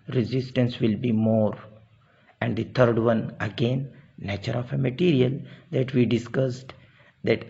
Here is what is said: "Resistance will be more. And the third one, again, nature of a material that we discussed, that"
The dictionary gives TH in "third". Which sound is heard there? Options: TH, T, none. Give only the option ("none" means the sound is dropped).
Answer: T